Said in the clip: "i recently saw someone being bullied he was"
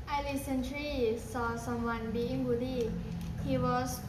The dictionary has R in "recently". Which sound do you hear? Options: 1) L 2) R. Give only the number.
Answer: 1